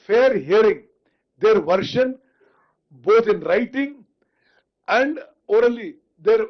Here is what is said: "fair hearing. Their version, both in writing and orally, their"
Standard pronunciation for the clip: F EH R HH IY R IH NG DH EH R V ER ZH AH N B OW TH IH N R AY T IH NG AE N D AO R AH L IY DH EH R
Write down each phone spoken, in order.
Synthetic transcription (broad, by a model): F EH R HH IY R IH NG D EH R V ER SH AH N B OW T IH N R AY T IH NG AE N D AO R AH L IY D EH R